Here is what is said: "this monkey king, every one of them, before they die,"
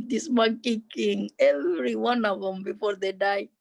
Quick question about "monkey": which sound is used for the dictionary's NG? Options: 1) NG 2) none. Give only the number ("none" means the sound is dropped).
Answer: 2